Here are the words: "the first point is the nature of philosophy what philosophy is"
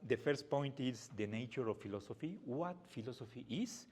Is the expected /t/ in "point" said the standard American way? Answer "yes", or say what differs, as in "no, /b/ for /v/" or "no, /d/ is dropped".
yes